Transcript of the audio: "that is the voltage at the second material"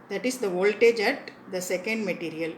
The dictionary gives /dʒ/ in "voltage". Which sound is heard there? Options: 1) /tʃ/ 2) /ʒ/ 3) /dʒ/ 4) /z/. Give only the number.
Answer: 3